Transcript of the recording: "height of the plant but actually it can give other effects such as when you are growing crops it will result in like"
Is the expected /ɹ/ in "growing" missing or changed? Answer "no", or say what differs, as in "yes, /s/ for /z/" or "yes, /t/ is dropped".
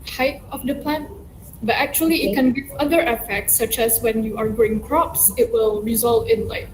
yes, /ɹ/ is dropped